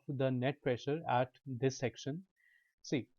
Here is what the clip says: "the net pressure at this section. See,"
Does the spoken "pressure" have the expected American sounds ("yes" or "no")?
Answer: yes